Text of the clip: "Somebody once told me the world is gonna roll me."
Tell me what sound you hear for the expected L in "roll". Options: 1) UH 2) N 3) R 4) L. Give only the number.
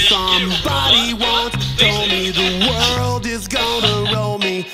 4